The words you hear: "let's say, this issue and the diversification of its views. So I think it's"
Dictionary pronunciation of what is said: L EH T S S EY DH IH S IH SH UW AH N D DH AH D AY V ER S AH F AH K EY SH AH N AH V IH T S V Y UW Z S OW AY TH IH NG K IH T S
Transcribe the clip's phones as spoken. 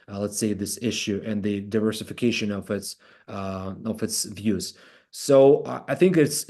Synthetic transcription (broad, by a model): L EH T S S EY DH IH S IH SH UW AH N DH AH D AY V ER S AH F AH K EY SH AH N AH V IH T S V Y UW Z S OW AY TH IH NG K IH T S